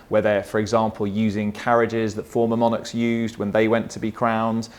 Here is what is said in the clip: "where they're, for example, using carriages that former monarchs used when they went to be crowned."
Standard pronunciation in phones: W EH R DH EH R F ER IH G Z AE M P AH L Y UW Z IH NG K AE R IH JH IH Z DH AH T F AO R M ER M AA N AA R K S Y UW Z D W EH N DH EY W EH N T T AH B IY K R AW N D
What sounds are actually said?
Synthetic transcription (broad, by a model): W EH DH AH F ER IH G Z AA M P AH L Y UW Z IH NG K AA R IH JH IH Z DH AH T F AO M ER M AA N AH K S Y UW Z D W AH N DH EY W EH N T T AH B IY K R AW N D